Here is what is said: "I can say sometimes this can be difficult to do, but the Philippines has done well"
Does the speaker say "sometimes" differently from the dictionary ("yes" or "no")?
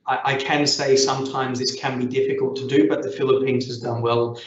no